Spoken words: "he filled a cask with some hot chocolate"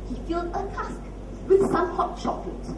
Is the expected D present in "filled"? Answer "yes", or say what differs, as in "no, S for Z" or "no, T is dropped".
no, D is dropped